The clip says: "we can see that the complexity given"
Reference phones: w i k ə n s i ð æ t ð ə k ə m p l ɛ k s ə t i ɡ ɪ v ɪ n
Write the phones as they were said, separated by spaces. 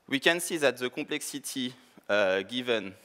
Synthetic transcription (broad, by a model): w i k ə n s i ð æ t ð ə k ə p l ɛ k s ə t i ɡ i v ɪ n